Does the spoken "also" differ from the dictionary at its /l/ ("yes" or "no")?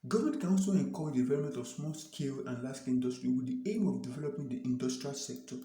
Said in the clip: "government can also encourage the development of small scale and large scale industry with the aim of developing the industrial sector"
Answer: yes